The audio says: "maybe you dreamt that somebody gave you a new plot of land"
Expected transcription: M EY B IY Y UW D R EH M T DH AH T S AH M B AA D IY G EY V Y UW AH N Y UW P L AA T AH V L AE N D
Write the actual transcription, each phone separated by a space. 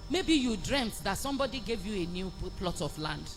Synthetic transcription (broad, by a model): M EY B IY Y UW D R EH M T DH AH T S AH M B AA D IY G EY V Y UW AH N Y UW P L AA T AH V L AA N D